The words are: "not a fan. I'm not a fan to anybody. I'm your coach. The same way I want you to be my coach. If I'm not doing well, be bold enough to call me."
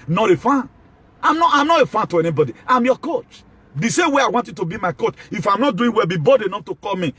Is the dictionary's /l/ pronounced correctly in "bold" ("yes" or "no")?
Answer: no